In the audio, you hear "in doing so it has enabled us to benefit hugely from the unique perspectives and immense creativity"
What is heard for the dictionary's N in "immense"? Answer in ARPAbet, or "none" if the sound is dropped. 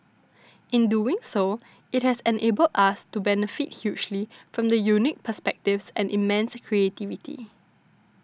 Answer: N